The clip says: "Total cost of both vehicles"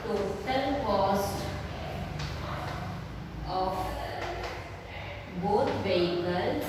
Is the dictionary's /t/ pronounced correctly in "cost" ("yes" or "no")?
yes